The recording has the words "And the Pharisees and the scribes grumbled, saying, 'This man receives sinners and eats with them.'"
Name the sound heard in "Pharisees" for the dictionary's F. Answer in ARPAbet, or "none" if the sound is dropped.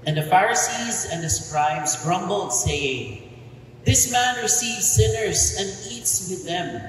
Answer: F